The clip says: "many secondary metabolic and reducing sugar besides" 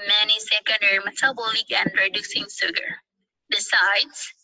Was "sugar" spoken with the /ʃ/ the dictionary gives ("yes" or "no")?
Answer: no